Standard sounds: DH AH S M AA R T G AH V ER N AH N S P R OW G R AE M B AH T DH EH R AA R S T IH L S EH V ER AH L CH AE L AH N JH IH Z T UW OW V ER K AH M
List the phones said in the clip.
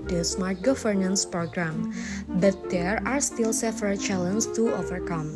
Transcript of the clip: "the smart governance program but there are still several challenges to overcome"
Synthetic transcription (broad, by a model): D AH S M AA R T G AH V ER N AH N S P R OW G R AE M B AH T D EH R AA R S T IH L S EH F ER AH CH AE L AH N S T UW OW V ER K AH M